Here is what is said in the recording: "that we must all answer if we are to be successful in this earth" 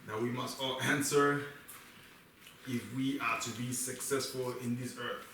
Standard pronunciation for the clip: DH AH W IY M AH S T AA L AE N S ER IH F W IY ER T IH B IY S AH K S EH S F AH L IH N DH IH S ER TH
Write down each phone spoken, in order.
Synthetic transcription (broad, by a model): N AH W IY M AH S T AA L AE N S ER IH F W IY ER T IH B IY S AH K S EH S F AH L IH N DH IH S ER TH